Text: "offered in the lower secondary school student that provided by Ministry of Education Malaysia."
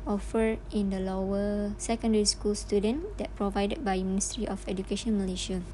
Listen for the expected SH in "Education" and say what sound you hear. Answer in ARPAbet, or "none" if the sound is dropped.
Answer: SH